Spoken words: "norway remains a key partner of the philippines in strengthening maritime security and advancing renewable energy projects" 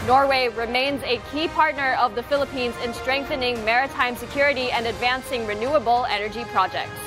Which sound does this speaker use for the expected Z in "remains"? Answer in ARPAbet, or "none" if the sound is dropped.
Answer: Z